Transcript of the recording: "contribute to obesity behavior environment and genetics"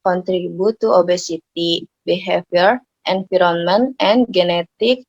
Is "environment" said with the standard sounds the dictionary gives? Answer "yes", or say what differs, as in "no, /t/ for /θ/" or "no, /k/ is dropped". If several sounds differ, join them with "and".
no, /f/ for /v/